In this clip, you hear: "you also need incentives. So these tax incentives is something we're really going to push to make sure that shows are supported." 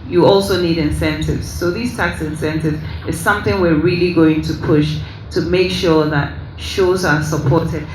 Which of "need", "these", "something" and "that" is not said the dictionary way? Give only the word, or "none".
none